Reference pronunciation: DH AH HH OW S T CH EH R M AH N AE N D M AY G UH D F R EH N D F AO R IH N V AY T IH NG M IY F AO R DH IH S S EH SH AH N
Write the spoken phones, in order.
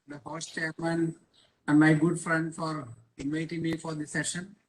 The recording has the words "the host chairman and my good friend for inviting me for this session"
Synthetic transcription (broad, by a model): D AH HH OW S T CH EH R M AH N AE N D M AY G UH D F R EH N D F AO R IH N V AY T IH NG M IY F AO R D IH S S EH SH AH N